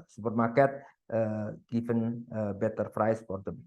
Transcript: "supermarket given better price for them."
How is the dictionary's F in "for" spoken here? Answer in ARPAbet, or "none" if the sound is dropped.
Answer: P